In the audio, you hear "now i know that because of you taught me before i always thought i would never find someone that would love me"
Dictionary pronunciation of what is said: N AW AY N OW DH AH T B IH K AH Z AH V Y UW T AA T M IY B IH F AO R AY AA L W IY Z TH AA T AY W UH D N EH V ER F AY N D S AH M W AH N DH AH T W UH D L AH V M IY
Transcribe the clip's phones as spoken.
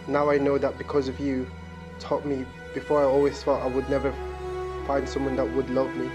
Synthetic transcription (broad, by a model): N AW AY N OW DH AH T B IH K AH Z AH V Y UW T AA T M IY B IH F AO R AY AA L W IY Z F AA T AY W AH D N EH V ER F AY N D S AH M W AH N DH AH T W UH D L AH V M IY